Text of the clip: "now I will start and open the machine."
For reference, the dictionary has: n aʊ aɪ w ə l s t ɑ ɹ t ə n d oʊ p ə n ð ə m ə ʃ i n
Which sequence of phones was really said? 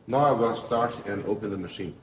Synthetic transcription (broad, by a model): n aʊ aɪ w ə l s t ɑ ɹ t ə n oʊ p ə n ð ə m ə ʃ i n